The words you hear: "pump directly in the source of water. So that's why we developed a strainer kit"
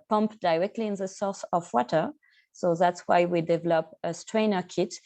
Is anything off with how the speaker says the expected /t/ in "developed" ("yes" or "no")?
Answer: yes